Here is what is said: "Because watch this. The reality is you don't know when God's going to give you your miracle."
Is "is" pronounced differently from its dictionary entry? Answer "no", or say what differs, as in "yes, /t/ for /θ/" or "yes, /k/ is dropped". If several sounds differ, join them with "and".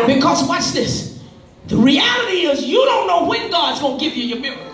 no